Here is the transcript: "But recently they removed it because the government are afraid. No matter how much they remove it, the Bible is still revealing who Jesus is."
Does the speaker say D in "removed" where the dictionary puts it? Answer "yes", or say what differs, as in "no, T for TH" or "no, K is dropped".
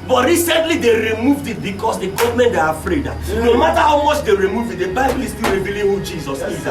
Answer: yes